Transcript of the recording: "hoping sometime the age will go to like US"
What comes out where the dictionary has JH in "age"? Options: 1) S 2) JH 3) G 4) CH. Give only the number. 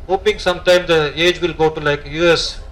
2